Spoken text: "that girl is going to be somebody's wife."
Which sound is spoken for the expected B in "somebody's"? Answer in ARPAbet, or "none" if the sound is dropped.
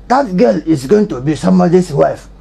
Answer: none